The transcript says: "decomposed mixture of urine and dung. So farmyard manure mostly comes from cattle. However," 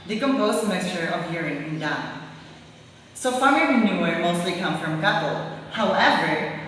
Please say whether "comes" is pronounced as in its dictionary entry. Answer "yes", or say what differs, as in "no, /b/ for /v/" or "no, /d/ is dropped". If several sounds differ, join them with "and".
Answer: no, /z/ is dropped